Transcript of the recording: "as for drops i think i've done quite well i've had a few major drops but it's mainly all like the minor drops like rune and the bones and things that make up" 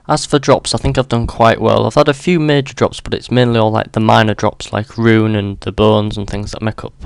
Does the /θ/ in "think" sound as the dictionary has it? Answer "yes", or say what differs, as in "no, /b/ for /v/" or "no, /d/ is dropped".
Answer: yes